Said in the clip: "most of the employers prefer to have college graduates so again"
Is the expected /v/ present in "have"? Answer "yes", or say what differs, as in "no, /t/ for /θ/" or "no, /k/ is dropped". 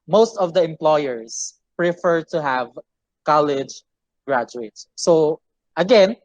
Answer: yes